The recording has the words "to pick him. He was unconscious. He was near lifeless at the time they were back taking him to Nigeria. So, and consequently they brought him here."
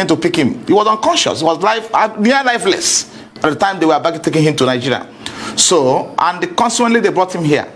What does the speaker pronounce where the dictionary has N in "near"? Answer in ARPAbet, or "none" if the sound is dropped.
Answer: L